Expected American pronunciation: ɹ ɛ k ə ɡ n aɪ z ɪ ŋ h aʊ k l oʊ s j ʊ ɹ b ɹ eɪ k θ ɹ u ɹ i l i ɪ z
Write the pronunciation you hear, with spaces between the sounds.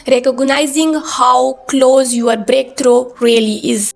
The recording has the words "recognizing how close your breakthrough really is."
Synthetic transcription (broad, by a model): ɹ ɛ k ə ɡ n aɪ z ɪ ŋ h aʊ k l oʊ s j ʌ ɹ b ɹ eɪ k t ɹ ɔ ɹ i l i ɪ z